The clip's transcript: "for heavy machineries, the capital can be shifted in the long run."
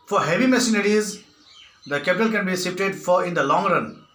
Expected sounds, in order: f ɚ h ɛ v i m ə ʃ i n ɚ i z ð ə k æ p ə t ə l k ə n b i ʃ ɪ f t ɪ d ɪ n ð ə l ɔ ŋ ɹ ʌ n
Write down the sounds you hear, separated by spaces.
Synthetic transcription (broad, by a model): f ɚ h ɛ v i m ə s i n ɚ i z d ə k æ p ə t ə l k ə n b i s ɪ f t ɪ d ɪ n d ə l ɔ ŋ ɹ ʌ n